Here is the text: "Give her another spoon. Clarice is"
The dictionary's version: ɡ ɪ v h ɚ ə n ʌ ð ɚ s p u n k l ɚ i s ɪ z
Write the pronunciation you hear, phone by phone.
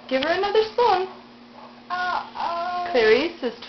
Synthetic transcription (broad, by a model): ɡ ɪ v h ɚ ə n ʌ ð ɚ s ɔ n k l ɚ i s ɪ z